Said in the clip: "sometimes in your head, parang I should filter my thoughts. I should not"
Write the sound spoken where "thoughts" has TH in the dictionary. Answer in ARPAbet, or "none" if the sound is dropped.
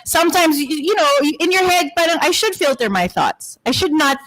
TH